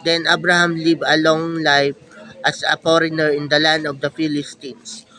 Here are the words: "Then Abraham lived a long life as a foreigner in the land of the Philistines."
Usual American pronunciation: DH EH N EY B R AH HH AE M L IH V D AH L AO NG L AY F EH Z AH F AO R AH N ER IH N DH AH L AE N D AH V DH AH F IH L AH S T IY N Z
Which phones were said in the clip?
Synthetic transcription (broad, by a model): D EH N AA B R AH HH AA M L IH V AH L AO NG L AY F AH S AH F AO R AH N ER IH N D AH L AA N D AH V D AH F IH L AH S T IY N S